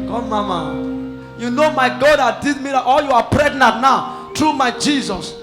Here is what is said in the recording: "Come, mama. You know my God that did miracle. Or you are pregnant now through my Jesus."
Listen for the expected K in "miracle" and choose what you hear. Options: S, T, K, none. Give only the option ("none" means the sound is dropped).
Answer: none